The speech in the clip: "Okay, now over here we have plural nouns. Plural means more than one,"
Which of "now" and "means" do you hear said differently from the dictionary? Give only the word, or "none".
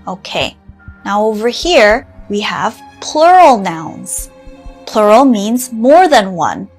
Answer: none